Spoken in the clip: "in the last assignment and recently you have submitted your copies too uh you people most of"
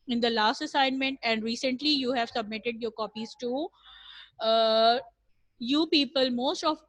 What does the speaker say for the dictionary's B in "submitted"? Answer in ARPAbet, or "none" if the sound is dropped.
B